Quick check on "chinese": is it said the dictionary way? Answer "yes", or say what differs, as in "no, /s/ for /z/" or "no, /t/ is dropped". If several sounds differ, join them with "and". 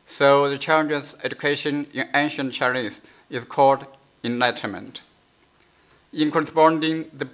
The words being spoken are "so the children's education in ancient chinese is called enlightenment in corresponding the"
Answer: no, /l/ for /n/